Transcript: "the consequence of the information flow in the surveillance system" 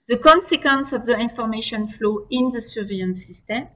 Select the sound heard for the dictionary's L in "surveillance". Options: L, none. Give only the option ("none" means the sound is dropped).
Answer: none